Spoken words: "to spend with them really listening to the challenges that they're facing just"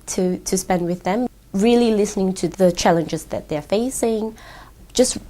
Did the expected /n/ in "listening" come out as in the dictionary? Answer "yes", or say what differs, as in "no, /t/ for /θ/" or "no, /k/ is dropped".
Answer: yes